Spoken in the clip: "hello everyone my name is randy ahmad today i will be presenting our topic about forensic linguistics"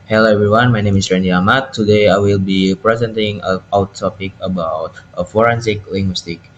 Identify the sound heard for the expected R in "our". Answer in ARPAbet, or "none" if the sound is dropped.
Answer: W